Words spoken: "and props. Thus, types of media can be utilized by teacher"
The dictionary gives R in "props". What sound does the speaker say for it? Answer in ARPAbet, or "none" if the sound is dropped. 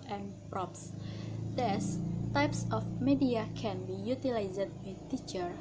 R